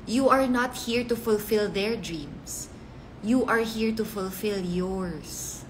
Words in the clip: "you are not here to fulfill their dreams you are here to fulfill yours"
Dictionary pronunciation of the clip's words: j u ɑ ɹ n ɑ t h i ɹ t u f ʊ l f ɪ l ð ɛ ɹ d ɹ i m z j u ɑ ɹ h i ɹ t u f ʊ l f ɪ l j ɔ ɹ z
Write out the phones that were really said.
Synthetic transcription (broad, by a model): j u ɑ ɹ n ɑ t h i ɹ t u f ʊ l f ɪ l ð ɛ ɹ d ɹ i m s j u ɑ ɹ h i ɹ t u f ʊ l f ɪ l j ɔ ɹ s